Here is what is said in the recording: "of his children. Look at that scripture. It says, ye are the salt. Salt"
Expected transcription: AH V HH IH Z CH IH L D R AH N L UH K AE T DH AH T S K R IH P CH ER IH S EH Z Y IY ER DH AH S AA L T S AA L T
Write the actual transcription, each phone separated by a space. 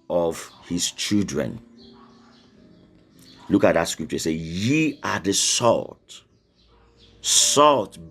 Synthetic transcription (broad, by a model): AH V HH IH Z CH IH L D R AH N L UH K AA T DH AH T S K R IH P CH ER IH S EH Y IY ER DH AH S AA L T S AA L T